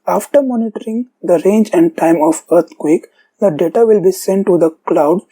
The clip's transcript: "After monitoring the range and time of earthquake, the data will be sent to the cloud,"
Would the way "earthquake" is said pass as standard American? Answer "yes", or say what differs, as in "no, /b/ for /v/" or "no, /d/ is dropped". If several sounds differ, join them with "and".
no, /t/ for /θ/